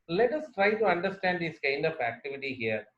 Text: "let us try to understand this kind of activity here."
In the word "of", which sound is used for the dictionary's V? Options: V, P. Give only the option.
P